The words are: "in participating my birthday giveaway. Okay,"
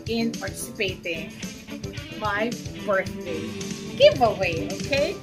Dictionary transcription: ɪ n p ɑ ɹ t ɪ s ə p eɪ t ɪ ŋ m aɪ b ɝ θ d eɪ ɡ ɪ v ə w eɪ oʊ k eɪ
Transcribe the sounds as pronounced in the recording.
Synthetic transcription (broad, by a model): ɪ n p ɑ ɹ t ɪ s ə p eɪ t ɪ ŋ m aɪ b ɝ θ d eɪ ɡ ɪ v ə w eɪ oʊ k eɪ